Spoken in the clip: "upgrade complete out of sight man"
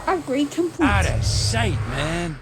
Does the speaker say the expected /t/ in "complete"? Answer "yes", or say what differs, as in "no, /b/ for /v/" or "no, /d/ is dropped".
no, /t/ is dropped